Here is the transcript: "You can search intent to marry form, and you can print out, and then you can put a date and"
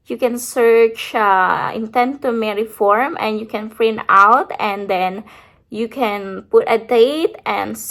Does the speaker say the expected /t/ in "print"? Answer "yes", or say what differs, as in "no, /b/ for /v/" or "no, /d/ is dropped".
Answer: no, /t/ is dropped